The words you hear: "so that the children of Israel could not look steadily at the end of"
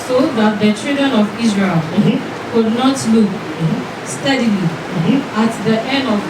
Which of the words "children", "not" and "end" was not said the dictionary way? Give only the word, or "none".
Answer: children